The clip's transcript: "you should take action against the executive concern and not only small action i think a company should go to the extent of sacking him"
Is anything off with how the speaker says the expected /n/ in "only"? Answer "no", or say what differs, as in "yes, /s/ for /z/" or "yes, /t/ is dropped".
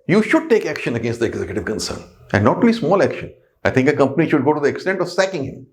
yes, /n/ is dropped